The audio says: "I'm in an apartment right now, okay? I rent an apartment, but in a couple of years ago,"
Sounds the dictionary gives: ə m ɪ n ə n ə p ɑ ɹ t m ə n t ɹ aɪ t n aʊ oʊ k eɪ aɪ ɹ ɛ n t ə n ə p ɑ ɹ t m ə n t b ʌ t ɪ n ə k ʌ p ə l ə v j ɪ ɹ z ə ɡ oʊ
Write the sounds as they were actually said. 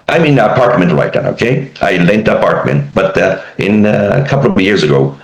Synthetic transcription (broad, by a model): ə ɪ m ə n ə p ɑ ɹ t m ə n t l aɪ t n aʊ oʊ k eɪ aɪ l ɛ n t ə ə p ɑ ɹ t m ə n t b ʌ t ɪ n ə k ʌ p l ə v j ɪ ɹ z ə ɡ oʊ